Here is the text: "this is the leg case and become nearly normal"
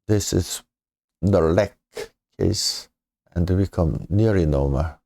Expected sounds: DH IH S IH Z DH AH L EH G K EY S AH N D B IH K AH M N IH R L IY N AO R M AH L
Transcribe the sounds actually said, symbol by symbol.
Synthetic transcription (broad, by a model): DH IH S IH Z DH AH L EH K EY S AH N D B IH K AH M N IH R IY N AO M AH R